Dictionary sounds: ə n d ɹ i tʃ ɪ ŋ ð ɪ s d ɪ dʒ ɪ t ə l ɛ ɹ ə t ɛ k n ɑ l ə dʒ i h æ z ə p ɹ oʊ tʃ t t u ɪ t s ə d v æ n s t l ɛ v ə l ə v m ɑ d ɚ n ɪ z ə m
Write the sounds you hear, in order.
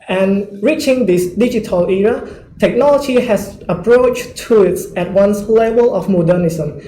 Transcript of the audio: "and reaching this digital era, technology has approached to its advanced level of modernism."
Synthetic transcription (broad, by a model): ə n ɹ i tʃ ɪ ŋ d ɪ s d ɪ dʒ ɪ t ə l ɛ ɹ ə t ɛ k n ɑ l ə dʒ i h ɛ s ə p ɹ oʊ tʃ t t u ɪ t s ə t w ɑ n s l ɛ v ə l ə f m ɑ d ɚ n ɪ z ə m